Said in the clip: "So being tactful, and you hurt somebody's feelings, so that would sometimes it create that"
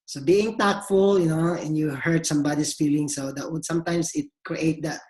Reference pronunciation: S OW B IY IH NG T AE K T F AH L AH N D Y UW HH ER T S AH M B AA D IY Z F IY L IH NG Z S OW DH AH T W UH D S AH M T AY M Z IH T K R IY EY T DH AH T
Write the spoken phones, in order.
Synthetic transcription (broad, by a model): S OW B IY IH NG T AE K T F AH L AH N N Y UW HH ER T S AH M B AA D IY S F IY L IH NG S OW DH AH T W UH D S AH M T AY M S IH T K R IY EY T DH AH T